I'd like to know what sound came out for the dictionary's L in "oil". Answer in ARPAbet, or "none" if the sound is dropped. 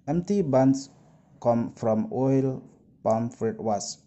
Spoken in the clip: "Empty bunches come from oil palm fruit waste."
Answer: L